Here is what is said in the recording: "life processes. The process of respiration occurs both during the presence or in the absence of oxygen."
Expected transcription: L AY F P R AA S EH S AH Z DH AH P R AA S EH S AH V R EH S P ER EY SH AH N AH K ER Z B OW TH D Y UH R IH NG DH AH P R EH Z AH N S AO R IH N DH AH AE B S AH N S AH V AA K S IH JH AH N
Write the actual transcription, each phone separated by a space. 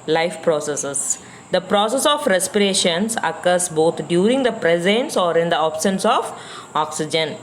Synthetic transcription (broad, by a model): L AY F P R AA S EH S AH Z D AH P R AA S EH S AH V R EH S P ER EY SH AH N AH K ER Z B OW T D Y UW R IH NG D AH P R EH Z AH N S AO R IH N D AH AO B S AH N S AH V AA K S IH JH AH N